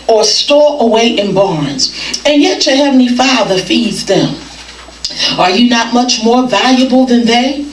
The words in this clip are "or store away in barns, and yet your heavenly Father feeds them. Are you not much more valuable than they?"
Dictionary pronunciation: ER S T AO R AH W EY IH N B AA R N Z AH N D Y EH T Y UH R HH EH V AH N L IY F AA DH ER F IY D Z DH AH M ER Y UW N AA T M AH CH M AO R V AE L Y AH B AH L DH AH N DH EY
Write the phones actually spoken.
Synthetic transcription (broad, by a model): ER S T AO R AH W EY IH N B AA R N Z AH N Y EH T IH HH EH V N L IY F AA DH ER F IY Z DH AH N ER Y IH N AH T M AH CH M AO R V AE L Y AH B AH L DH AH N DH EY